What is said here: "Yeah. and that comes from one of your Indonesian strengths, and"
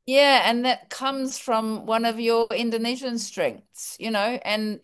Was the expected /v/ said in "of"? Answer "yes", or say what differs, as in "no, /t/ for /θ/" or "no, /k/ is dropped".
yes